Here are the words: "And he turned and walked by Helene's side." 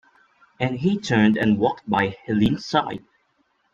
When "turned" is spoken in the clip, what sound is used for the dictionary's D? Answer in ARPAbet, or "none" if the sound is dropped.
D